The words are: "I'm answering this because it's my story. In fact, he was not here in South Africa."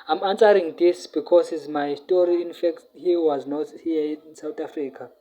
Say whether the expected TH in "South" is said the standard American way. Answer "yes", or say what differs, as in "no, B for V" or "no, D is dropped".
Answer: no, T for TH